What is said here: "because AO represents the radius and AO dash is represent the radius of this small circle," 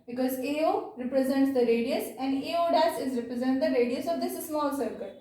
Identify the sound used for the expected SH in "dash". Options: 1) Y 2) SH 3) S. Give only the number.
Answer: 3